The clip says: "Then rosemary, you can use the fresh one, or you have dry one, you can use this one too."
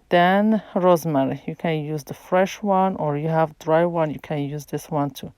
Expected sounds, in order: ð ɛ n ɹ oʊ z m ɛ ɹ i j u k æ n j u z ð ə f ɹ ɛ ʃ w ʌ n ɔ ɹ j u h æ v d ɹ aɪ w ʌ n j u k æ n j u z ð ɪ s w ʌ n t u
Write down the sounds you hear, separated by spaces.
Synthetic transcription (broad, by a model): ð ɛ n ɹ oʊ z m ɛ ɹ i j u k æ n j u z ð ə f ɹ ɛ ʃ w ʌ n ɔ ɹ j u h æ v d ɹ aɪ w ʌ n j u k æ n j u z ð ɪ s w ʌ n t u